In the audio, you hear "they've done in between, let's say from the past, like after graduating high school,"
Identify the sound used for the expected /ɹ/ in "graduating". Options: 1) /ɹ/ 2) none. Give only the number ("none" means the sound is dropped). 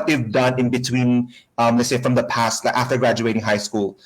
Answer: 1